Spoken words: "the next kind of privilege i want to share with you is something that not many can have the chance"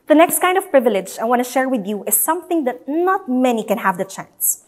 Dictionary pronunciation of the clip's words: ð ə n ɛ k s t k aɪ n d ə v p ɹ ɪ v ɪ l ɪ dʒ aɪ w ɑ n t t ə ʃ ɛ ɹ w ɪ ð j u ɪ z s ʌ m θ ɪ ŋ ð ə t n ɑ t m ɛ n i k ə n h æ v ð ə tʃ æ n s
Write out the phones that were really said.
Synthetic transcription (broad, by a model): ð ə n ɛ k s t k aɪ n d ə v p ɹ ɪ v ɪ l ɪ dʒ aɪ w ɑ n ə ʃ ɛ ɹ w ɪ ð j u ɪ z s ʌ m θ ɪ ŋ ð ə t n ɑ t m ɛ n i k ə n h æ v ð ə tʃ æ n s